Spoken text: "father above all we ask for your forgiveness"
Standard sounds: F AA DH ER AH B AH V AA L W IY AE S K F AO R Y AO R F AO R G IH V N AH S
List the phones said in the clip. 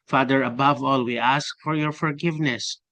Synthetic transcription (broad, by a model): F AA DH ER AH B AH V AA L W IY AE S K F AO R Y AO R F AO R G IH V N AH S